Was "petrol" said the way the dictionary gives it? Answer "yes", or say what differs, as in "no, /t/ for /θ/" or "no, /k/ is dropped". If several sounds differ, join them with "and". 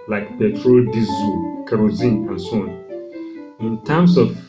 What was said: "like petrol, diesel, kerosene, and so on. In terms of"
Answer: yes